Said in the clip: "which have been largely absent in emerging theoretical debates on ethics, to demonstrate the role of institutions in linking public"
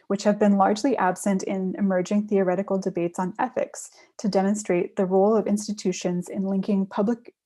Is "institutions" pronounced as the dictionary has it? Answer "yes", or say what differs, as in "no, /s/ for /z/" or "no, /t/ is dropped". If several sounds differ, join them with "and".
yes